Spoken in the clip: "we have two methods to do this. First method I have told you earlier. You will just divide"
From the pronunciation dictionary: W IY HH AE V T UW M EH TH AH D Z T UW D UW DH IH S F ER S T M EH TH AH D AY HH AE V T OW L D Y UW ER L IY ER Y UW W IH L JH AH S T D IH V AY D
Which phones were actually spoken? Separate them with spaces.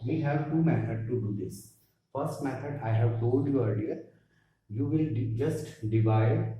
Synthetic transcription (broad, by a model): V IY HH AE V T UW M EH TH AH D T UW D UW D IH S F ER S T M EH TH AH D AY HH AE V T OW L D Y UW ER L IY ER Y UW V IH L JH AH S T D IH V AY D